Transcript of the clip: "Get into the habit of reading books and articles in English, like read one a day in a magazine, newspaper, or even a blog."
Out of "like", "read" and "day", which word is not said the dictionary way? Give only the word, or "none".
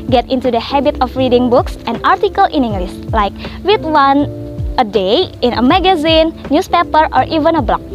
read